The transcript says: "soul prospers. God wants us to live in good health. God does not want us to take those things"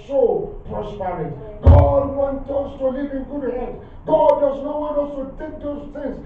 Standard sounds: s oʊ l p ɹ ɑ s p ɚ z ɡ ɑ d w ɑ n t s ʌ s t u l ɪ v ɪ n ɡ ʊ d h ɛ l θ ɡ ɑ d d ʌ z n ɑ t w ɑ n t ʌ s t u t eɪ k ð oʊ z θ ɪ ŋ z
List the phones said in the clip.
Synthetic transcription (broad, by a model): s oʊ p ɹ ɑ s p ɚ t ɡ ɑ d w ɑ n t ʌ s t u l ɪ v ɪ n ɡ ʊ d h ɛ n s ɡ ɑ d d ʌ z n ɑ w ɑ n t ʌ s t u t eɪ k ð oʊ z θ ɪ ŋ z